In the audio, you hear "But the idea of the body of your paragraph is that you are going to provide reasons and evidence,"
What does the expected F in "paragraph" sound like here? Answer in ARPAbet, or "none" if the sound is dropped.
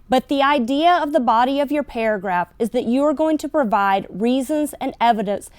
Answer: F